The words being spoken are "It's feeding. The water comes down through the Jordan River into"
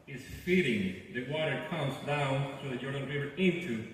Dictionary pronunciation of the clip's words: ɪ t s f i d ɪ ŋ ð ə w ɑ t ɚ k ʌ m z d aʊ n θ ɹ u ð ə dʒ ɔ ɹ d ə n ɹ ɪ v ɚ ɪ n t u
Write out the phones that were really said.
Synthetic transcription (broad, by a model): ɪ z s f i d ɪ ŋ ð ə w ɑ t ɚ k ʌ m z d aʊ n θ ɹ u ð ə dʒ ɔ ɹ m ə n ɹ ɪ v ɚ ɪ n t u